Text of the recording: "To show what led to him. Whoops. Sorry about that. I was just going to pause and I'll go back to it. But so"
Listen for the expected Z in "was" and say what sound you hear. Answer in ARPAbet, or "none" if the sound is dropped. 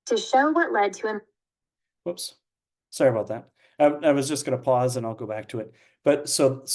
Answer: Z